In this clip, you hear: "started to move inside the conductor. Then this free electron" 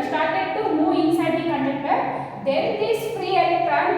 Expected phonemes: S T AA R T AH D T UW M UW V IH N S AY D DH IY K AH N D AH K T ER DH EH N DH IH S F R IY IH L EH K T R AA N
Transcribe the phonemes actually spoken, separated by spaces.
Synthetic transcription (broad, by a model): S T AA R T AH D T UW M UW IH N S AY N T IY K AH N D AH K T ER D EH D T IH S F R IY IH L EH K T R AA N